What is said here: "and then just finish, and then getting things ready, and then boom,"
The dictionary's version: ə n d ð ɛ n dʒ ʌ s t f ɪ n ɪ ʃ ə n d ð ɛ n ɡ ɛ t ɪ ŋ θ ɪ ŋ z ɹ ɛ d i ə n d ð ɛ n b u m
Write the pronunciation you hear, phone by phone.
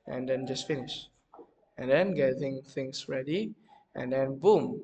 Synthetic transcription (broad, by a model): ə n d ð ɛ n dʒ ʌ s t f ɪ n ɪ ʃ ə n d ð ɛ n ɡ ɛ t ɪ ŋ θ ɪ ŋ s ɹ ɛ d i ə n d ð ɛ n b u m